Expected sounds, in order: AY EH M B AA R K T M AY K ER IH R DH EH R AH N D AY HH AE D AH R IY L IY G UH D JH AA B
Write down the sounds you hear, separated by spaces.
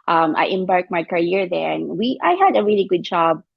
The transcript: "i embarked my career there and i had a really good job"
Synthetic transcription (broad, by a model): AY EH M B AA R K M AY K ER IH R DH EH W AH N AY HH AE D AH R IY L IY G UH D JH AA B